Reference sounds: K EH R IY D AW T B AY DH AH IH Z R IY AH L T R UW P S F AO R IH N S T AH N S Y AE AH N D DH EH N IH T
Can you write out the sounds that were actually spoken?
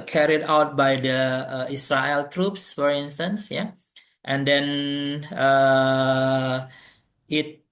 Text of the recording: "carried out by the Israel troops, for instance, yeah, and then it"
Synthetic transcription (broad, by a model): K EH R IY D AW T B AY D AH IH S R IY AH L T R UW P S F AO R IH N S T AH N S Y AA AH N D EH N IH T